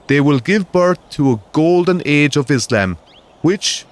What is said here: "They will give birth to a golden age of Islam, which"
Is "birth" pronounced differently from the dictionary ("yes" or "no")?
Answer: no